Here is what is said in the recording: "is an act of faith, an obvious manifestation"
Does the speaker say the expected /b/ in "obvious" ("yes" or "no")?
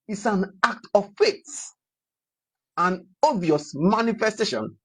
no